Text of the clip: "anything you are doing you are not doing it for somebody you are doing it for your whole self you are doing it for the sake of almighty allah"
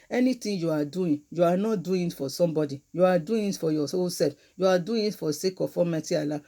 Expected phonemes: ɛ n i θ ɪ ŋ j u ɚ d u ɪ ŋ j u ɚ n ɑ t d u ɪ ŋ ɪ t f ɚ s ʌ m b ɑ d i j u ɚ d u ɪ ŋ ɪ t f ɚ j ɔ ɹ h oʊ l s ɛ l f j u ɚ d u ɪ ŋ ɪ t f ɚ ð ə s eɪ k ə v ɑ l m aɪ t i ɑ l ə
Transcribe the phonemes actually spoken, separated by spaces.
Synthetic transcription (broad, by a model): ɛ n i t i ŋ j u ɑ d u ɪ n j u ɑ n ɑ t d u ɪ ɪ t f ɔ s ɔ m b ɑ d i j u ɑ d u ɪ ɪ t f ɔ j ɔ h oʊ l s ɛ l f j u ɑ d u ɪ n ɪ t f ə s eɪ k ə f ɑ m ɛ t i ɑ l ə